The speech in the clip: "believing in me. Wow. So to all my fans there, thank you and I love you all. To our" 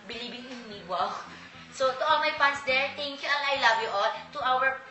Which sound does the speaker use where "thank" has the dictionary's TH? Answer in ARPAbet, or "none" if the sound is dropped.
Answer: T